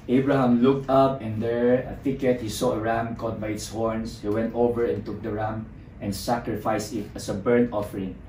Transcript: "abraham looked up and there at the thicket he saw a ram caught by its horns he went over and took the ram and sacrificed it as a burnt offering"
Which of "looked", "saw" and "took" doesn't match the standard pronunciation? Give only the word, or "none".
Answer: none